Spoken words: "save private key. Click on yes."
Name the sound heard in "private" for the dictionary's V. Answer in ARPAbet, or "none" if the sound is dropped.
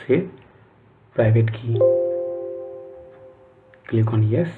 B